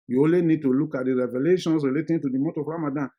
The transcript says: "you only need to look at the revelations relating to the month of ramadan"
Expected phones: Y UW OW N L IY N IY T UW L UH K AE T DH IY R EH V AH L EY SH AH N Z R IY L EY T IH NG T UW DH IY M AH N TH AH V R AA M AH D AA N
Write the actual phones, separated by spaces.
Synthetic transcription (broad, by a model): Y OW L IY N IY T UW L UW K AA T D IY R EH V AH L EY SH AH N S R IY L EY T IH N T UW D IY M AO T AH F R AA M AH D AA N